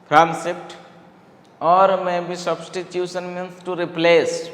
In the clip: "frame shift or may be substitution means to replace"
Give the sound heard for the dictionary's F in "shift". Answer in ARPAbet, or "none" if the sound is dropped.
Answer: P